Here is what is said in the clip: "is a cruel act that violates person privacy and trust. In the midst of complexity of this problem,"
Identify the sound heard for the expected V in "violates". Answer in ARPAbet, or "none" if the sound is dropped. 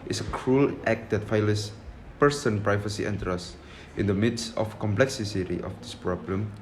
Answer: F